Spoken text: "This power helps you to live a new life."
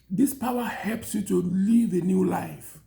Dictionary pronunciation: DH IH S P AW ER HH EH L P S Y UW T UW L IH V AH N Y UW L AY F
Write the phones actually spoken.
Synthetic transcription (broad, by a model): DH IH S P AW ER HH EH L P S Y UW T UW L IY V AH N Y UW L AY F